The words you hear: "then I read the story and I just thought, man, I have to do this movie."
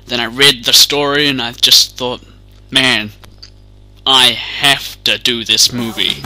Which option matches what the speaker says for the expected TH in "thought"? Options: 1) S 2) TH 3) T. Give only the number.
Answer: 2